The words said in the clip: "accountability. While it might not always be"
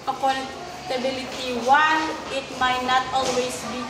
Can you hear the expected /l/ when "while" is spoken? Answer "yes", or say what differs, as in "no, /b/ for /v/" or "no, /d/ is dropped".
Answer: no, /n/ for /l/